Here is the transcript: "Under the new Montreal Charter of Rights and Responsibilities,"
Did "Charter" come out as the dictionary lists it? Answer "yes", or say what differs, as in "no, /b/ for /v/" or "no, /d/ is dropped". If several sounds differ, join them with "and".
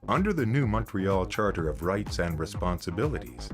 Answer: yes